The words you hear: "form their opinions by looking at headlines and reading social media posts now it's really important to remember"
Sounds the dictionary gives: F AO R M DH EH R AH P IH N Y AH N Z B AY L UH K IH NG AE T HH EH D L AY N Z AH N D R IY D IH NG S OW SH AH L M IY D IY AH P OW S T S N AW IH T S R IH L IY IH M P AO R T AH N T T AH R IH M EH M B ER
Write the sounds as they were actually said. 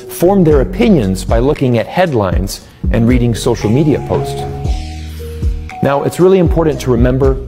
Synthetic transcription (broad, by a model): F AO R M DH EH R AH P IH N Y AH N Z B AY L UH K IH NG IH T HH EH D L AY N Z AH N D R IY D IH NG S OW SH L M IY D IY AH P OW S T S N AW IH T S R IH L IY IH M P AO R T N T T AH R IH M EH M B ER